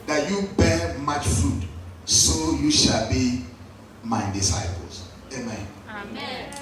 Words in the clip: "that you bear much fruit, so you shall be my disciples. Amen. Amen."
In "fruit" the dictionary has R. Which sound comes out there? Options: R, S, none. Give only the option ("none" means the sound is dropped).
none